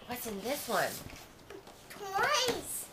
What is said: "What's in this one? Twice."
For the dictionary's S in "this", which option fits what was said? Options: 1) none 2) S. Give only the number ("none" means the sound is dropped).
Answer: 2